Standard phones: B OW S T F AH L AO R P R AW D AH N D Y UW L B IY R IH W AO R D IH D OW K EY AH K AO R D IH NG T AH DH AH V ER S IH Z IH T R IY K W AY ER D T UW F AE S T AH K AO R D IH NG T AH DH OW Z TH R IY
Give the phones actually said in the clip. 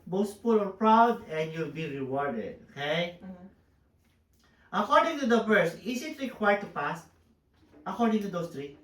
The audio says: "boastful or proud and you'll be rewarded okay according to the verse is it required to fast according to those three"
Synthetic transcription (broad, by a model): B OW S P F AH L AO R P R AW D AH N D Y UW L B IY R IH W AO R D IH D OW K EY AH K AO R D IH NG T AH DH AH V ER S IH S IH T R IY K W AY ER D T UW P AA S T AH K AO R D IH NG T AH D OW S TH R IY